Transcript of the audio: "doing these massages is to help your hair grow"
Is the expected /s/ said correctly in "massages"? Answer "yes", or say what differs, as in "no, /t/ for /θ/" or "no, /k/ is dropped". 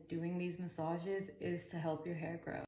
yes